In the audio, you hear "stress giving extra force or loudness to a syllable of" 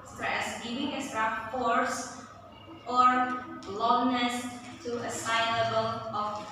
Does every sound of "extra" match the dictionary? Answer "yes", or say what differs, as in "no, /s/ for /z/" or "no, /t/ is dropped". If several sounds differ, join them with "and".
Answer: no, /k/ is dropped